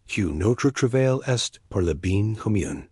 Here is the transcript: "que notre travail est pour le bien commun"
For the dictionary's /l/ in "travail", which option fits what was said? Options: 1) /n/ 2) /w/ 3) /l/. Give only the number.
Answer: 3